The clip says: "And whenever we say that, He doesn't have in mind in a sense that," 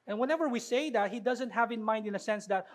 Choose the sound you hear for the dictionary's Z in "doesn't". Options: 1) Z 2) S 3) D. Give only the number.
1